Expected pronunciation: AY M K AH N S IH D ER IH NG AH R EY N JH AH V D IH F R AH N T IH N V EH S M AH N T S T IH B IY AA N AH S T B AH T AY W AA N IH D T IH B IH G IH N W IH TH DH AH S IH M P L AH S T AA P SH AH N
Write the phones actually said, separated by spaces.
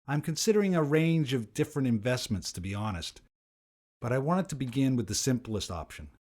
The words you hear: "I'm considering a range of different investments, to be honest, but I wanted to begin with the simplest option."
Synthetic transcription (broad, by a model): AY M K AH N S IH D ER IH NG AH R EY N JH AH V D IH F R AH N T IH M V EH S M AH N T S T IH B IY AA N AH S T B AH T AY W AA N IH D T IH B IH G IH N W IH DH AH S IH M P L AH S T AA P SH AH N